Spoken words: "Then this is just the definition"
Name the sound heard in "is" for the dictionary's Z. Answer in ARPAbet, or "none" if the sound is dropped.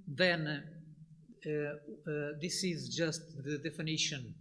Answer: Z